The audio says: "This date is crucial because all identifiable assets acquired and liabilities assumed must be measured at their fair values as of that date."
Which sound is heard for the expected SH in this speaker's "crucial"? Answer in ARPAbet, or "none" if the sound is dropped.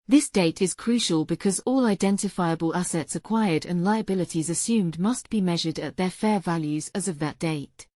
SH